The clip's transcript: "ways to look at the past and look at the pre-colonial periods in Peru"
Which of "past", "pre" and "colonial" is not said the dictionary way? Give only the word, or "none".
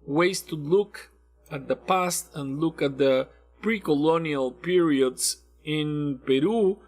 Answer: none